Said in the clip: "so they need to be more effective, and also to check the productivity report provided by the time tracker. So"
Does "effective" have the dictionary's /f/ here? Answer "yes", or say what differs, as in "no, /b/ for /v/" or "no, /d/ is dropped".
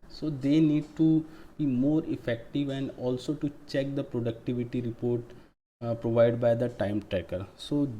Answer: yes